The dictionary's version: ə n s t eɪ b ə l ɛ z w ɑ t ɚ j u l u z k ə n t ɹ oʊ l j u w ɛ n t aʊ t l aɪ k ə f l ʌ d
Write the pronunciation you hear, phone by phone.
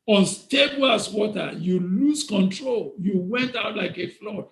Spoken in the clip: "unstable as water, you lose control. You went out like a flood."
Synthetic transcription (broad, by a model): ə n s t eɪ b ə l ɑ s w ɑ t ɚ j u l u s k ə n t ɹ oʊ l j u w ɛ n t aʊ t l aɪ k ə f l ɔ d